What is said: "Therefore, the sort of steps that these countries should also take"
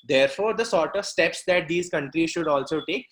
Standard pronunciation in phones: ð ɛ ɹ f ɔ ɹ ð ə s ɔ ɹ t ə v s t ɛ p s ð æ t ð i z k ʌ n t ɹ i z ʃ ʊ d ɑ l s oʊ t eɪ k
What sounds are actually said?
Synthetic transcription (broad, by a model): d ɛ ɹ f ɔ ɹ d ə s ɔ ɹ t ə v s t ɛ p s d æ t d i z k ʌ n t ɹ i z ʃ ʊ d ɑ l s oʊ t eɪ k